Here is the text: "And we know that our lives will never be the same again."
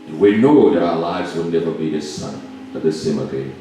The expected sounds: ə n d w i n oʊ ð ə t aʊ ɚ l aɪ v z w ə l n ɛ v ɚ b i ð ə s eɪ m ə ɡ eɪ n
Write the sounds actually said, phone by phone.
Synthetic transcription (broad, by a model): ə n w i n oʊ ð ə t aʊ ɚ l aɪ v z w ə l n ɛ v ɚ b i ð ə s eɪ m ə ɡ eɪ